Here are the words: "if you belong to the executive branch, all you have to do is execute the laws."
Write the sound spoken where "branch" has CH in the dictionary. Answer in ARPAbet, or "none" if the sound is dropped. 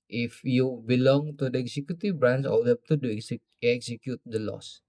S